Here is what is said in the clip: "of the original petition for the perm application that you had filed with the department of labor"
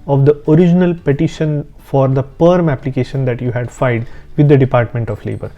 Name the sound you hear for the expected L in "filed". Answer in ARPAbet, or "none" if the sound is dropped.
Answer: none